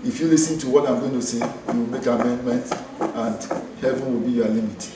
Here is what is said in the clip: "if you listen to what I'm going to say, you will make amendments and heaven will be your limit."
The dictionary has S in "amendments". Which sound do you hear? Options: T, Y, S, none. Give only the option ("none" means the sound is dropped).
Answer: none